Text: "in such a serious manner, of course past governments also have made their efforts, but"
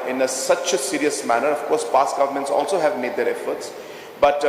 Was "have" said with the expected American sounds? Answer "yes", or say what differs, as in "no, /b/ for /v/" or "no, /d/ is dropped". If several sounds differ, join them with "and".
yes